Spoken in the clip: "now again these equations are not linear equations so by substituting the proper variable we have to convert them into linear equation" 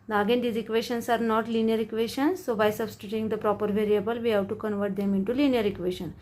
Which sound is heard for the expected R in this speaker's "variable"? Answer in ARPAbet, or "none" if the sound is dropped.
R